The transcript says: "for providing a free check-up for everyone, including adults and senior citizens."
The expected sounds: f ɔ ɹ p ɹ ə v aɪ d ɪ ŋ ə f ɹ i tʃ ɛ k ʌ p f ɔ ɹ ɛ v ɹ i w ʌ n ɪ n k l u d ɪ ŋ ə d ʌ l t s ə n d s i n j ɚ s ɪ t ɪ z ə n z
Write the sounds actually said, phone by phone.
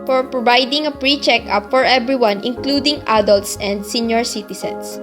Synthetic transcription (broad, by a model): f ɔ ɹ p ɹ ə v aɪ d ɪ ŋ ə p ɹ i tʃ ɛ k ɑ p f ɔ ɹ ɛ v ɹ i w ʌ n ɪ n k l u d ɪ ŋ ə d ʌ l t s ə n d s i n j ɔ s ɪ t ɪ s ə n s